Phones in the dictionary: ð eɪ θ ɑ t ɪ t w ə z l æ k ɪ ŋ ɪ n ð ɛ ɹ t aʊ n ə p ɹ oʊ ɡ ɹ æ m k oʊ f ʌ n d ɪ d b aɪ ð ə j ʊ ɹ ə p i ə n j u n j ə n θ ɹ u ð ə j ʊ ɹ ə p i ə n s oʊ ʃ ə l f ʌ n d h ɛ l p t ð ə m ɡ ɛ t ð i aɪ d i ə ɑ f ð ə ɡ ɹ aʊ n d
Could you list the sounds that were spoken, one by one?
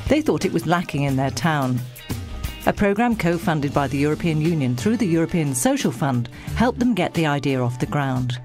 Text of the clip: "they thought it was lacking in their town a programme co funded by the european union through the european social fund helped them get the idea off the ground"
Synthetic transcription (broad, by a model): ð eɪ θ ɑ t ɪ t w ə z l æ k ɪ ŋ ɪ n ð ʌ ɹ t aʊ n ə p ɹ oʊ ɡ ɹ æ m k oʊ f ʌ n d ɪ d b aɪ ð ə j ʊ ɹ ə p i ə n j u n j ə n θ ɹ u ð ə j ʊ ɹ ə p i ə n s oʊ ʃ l f ʌ n d h ɛ l p ð ə m ɡ ɛ t ð i aɪ d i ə ɑ f ð ə ɡ ɹ aʊ n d